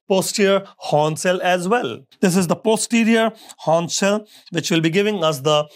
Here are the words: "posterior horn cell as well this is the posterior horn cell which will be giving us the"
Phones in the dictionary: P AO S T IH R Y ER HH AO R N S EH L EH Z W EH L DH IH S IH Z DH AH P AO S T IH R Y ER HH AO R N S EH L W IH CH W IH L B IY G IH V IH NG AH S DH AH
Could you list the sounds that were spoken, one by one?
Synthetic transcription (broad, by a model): P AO S T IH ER HH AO N S EH L EH Z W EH L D IH S IH Z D AH P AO S T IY R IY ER HH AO N S EH L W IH CH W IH L B IY G IH V IH NG AH S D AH